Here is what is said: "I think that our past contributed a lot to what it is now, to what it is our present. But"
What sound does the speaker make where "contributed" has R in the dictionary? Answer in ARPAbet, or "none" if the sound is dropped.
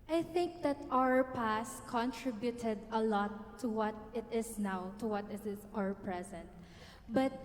R